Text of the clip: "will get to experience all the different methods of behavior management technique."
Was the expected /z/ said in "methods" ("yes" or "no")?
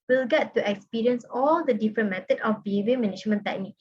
no